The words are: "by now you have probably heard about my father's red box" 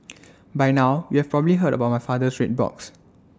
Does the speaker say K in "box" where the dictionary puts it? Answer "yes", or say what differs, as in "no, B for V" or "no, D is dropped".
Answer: yes